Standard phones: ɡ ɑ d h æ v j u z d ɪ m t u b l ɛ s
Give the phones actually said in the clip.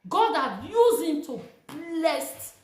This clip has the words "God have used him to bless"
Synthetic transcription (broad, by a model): ɡ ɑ d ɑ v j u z ɪ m t u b l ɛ s